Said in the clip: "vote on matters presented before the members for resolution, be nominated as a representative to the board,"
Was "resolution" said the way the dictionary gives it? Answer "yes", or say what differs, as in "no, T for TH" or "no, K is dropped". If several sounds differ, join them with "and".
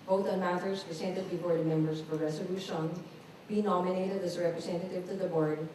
no, S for Z